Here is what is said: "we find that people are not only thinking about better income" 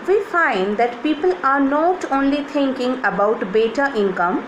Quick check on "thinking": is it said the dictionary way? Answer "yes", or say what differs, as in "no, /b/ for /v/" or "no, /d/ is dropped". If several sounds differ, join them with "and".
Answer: no, /t/ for /θ/